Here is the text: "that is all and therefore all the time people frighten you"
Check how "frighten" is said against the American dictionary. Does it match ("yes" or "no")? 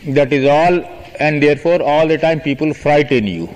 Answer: yes